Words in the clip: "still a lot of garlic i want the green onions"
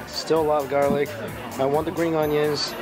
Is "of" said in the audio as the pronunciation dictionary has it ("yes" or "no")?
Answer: yes